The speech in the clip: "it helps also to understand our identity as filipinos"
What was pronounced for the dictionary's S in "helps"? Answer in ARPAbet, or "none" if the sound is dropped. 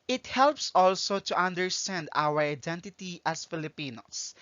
S